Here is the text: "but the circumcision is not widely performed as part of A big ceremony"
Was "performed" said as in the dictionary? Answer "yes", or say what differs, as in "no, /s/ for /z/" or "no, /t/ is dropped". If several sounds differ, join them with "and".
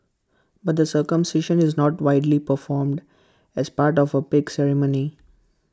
yes